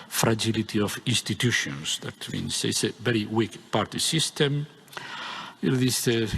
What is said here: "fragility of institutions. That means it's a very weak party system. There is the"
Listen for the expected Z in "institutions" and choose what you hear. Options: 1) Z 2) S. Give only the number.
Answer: 2